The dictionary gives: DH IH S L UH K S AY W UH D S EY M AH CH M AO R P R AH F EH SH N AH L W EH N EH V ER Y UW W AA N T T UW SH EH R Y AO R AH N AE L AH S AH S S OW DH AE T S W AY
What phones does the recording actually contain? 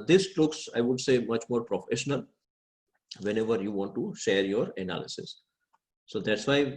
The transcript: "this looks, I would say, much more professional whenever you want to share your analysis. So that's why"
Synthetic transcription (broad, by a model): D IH S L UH K S AY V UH D S EY M AH CH M AO R P R AH F EH SH N AH L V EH N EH V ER Y UW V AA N T T UW SH EH R Y AO R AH N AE L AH S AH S S OW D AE T S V AY